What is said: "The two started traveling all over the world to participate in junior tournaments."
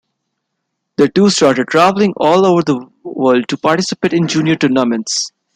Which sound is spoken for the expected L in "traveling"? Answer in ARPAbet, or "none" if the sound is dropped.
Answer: L